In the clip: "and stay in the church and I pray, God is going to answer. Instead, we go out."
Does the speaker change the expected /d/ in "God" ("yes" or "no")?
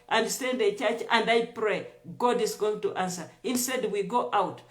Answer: no